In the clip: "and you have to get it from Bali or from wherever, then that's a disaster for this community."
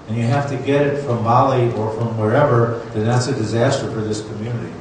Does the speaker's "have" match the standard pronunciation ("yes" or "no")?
no